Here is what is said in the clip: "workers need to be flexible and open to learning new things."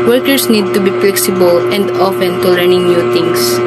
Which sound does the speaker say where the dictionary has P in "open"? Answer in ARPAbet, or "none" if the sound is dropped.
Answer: F